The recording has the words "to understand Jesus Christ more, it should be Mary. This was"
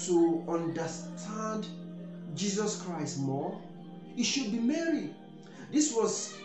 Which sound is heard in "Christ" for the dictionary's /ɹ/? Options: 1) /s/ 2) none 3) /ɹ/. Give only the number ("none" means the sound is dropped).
3